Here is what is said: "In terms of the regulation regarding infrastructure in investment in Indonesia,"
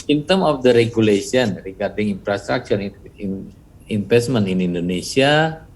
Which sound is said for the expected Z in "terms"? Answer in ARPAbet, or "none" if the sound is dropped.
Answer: none